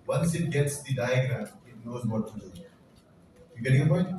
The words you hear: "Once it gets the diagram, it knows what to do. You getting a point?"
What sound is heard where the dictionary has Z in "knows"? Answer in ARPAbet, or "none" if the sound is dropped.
Z